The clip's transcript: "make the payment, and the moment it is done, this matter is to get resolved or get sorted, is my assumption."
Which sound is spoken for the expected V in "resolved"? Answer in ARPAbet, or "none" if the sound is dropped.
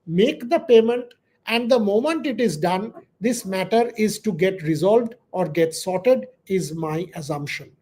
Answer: V